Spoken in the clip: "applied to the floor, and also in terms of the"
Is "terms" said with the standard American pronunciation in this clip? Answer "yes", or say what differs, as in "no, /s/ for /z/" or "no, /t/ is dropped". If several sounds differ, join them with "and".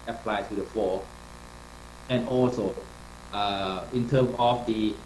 no, /z/ is dropped